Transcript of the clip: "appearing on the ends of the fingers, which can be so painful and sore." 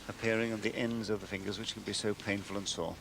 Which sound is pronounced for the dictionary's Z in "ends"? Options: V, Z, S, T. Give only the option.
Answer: Z